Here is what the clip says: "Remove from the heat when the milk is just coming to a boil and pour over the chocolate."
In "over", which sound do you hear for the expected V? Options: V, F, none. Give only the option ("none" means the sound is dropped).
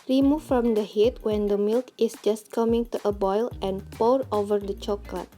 V